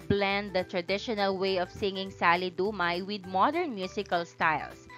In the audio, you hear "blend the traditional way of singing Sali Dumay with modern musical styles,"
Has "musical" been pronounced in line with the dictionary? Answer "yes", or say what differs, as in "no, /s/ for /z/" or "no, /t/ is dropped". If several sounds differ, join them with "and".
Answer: no, /s/ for /z/